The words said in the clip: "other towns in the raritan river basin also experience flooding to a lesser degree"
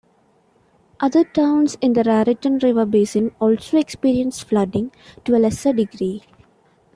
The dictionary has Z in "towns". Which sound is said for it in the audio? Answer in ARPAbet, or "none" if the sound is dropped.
S